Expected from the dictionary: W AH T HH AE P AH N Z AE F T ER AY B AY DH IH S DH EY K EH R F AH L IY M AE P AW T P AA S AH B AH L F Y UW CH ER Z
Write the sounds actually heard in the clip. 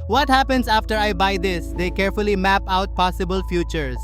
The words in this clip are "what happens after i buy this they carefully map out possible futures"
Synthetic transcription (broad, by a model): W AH T HH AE P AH N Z AE F T ER AY B AY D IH S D EY K EH R F AH L IY M AE P AW T P AA S AH B AH L F Y UW CH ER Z